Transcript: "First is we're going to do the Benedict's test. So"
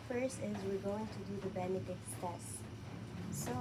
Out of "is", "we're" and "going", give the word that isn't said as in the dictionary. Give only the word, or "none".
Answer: none